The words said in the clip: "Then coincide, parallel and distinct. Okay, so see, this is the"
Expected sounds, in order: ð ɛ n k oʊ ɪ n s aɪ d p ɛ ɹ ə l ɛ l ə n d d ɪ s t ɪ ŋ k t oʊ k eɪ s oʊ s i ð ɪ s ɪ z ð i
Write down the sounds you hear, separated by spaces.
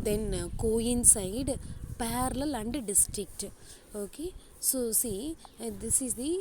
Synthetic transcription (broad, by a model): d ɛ n k oʊ ɪ n s aɪ d p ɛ ɹ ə l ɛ l ə n d d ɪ s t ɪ k t oʊ k eɪ s oʊ s i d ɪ s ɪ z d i